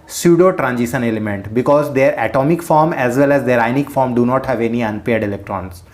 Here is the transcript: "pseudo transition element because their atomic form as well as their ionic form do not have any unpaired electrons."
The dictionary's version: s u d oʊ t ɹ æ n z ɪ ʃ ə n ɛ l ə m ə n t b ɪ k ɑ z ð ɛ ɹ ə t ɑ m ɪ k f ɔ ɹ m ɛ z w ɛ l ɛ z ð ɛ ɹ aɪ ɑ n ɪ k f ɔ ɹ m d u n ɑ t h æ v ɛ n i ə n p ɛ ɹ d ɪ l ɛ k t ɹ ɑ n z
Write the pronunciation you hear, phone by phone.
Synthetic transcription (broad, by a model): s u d oʊ t ɹ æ n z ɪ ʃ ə n ɛ l ə m ə n t b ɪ k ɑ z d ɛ ɹ ə t ɑ m ɪ k f ɔ ɹ m ɛ z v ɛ l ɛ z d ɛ ɹ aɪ n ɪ k f ɔ ɹ m d u n ɑ t h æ v ɛ n i ə n p ɛ ɹ d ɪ l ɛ k t ɹ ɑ n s